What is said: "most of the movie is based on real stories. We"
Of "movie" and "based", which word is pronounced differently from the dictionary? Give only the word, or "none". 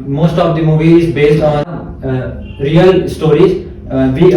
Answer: none